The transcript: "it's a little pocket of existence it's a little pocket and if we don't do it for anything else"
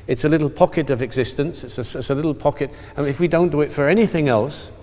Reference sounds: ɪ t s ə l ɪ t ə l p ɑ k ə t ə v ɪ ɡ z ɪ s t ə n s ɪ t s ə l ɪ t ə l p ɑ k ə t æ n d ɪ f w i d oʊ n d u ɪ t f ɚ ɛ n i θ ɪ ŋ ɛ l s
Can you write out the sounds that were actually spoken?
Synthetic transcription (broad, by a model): ɪ t s ə l ɪ t l p ɑ k ə t ə v ɪ ɡ z ɪ s t ə n s ɪ t s ə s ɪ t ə l p ɑ k ə t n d ɪ f w i d oʊ n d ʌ ɪ t f ɚ ɛ n i θ ɪ ŋ ɛ l s